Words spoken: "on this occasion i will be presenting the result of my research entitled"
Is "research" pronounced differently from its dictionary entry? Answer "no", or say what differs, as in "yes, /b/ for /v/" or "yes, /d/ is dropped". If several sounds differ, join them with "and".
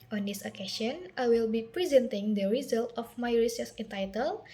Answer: yes, /s/ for /tʃ/